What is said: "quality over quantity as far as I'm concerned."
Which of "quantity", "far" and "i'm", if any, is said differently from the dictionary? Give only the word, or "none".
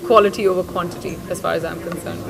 none